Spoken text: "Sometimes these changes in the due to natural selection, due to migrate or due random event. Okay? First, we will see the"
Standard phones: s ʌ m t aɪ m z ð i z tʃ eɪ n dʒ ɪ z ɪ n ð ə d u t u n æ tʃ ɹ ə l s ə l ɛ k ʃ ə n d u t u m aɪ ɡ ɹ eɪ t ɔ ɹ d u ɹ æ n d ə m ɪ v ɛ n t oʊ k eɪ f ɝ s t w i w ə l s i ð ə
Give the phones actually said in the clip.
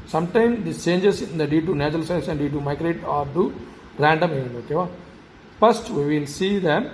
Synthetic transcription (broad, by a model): s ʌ m t aɪ m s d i s tʃ eɪ n dʒ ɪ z ɪ n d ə d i t u n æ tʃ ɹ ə l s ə ɪ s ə n d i t u m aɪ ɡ ɹ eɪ t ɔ ɹ d u ɹ æ n d ə m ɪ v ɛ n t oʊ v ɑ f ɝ s t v i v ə l s i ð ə